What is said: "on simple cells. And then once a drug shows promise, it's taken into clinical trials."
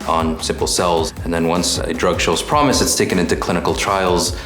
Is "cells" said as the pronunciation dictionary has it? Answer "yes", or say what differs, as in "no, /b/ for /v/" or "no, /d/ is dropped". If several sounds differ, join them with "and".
yes